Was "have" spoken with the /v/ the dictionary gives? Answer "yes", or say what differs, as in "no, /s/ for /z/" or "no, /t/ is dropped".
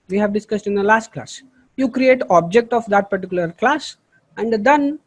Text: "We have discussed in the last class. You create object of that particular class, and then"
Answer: yes